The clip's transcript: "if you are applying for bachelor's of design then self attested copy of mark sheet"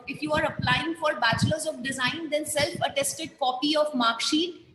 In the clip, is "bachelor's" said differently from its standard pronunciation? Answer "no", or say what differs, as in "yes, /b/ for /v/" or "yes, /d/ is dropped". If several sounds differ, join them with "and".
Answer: no